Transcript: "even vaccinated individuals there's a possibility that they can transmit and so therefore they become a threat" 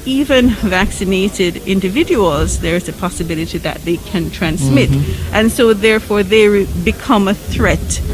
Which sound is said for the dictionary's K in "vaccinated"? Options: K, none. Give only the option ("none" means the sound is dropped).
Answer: K